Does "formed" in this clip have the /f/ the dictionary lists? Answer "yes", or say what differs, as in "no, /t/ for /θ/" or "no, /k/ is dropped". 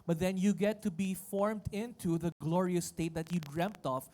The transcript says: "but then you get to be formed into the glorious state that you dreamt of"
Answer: yes